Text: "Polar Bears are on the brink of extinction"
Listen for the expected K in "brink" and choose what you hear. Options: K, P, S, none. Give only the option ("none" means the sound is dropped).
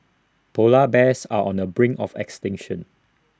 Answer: none